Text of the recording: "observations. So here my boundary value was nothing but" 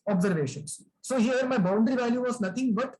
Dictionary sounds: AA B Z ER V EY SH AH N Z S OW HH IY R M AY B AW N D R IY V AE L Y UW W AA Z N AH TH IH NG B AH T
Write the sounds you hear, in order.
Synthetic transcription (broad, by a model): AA B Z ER V EY SH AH N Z S OW HH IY R M AY B AW N D R IY V AE L Y UW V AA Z N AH T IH NG B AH T